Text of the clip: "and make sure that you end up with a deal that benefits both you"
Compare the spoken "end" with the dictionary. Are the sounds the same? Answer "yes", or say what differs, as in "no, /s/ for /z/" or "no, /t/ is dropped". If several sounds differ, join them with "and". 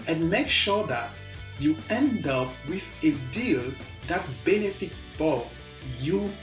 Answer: yes